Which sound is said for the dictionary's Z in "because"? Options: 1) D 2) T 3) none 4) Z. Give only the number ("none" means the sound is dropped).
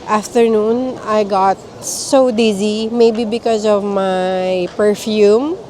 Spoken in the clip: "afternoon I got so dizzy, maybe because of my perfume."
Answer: 4